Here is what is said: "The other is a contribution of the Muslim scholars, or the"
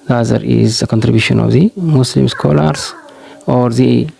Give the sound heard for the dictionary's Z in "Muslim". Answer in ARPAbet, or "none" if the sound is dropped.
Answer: S